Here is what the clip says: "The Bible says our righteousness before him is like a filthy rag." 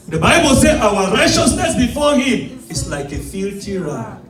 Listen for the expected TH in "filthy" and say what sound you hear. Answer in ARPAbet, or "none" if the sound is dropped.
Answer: T